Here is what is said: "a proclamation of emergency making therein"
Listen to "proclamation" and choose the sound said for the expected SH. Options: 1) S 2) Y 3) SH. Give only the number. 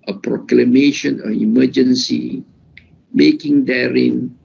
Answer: 3